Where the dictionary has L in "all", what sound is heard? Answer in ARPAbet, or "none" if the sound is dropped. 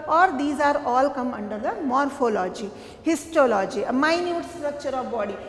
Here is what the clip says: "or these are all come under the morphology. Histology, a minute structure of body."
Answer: L